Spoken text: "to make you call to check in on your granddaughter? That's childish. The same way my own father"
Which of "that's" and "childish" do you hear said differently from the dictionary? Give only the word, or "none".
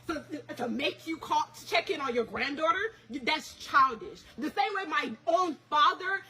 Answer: none